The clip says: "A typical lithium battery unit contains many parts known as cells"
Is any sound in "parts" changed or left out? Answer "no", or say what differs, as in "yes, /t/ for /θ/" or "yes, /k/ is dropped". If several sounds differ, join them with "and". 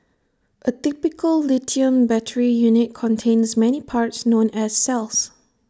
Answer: no